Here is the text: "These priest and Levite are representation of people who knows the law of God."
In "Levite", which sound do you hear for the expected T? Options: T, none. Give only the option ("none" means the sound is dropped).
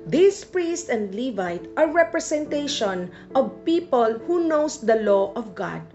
T